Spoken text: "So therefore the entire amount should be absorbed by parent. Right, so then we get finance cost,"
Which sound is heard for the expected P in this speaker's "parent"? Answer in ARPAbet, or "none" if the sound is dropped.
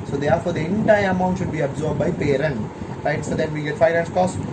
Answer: P